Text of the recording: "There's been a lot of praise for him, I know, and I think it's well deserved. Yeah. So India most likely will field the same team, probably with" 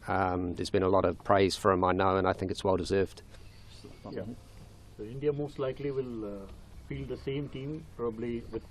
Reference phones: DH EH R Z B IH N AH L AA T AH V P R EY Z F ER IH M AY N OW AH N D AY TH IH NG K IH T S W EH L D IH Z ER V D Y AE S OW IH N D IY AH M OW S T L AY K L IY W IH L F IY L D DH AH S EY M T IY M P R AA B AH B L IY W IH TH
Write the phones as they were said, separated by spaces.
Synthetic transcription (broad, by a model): DH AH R Z B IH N AH L AA T AH V P R EY Z F ER IH M AY N OW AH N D AY TH IH NG K IH T S W EH L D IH Z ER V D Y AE S OW IH N D IY AH M OW S T L AY K L IY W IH L F IY L D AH S EY M T IY M P R AA B AH B L IY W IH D